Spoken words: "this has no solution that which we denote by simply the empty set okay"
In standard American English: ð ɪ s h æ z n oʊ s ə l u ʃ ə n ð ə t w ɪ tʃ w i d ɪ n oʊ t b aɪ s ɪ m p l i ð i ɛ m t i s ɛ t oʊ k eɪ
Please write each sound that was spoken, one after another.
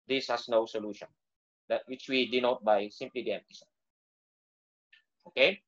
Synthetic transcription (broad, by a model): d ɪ s h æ s n oʊ s ə l u ʃ ə n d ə t w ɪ tʃ w i d ɪ n oʊ t b aɪ s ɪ m p l i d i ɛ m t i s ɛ oʊ k eɪ